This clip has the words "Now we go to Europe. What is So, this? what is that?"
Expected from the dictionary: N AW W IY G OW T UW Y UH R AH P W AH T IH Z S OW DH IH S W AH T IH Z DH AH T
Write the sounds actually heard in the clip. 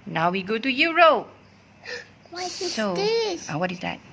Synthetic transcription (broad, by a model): N AW W IY G OW T UW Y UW R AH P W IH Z S OW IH W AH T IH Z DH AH T